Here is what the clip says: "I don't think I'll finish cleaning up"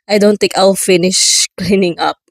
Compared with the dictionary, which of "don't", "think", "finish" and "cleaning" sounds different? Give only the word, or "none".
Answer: think